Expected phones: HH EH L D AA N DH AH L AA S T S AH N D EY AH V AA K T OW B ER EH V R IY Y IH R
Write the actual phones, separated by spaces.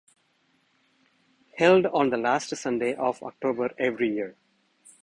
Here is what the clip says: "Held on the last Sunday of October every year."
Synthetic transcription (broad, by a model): HH EH L D AA N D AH L AA S T S AH N D EY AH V AA K T OW B ER EH V R IY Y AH R